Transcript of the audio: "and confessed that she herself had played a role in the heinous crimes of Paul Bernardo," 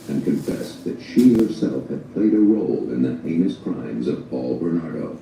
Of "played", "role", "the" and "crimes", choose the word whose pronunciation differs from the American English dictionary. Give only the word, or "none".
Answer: none